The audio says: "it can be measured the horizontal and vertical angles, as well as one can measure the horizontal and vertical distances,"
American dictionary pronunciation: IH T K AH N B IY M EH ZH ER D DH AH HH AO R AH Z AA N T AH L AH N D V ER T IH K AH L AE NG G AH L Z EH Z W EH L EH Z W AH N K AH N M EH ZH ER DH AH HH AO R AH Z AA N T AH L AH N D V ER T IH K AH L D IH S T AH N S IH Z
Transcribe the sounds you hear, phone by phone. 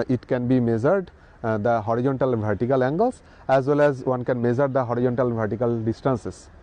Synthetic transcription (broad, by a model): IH T K AH N B IY M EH Z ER D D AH HH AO R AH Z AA N T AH L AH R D T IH K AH L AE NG G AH L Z EH Z W EH L EH Z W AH N K AH N M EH Z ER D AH HH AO R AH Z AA N T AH L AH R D T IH K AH L D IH S T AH N S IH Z